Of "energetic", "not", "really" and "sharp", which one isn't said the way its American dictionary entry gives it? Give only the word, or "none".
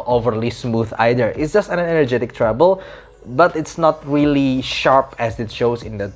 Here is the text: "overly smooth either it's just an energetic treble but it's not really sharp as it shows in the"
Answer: none